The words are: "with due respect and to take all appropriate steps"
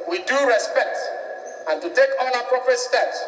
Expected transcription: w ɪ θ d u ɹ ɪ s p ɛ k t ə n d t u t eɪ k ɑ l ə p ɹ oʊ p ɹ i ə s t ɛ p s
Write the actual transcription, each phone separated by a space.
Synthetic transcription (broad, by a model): w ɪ d u ɹ ɪ s p ɛ k t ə n t u t eɪ k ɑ n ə p ɹ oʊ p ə s t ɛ p s